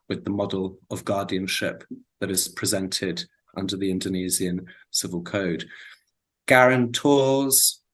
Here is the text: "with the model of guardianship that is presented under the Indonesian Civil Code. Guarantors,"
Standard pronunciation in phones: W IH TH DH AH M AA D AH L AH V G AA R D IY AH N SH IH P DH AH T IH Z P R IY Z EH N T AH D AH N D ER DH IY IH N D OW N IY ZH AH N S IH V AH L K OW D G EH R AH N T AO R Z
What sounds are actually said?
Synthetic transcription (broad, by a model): W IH DH AH M AA D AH L AH V G AA D IY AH N SH IH P DH AH T IH Z P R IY Z EH N T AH D AH N D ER DH IY IH N D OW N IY Z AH N S IH V AH L K OW D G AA R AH N T AO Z